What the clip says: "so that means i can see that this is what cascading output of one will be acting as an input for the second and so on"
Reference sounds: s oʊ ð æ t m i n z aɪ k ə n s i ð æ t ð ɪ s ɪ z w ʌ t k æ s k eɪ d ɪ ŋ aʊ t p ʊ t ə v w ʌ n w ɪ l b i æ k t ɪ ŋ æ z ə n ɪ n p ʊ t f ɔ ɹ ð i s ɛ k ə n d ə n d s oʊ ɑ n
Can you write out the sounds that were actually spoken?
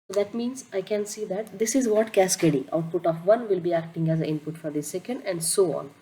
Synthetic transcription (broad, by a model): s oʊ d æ t m i n z aɪ k ə n s i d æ t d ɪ s ɪ z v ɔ t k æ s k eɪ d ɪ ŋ aʊ t p ʊ t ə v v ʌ n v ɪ l b i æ k t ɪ ŋ æ z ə ɪ n p ʊ t f ɔ ɹ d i s ɛ k ə n d ə n d s oʊ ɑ n